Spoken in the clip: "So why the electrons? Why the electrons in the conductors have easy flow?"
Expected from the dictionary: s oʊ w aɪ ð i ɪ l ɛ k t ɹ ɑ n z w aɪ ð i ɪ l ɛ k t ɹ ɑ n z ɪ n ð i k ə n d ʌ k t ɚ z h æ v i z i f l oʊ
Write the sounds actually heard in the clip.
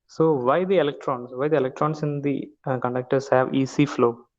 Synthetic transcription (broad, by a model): s oʊ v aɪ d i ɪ l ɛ k t ɹ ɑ n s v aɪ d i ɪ l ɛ k t ɹ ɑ n s ɪ n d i k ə n d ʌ k t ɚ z h æ v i s i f l oʊ